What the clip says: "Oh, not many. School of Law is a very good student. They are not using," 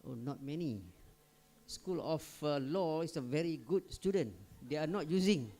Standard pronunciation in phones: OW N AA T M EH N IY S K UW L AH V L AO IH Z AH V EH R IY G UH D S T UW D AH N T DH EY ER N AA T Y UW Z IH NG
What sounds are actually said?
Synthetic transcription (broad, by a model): OW N AA T M EH N IY S K UW L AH F L AO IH S AH V EH R IY G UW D S T UW D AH N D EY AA N AA T Y UW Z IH NG